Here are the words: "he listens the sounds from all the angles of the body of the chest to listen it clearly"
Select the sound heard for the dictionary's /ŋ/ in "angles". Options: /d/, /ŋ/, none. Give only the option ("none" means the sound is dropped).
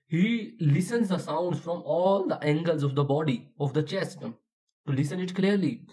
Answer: /ŋ/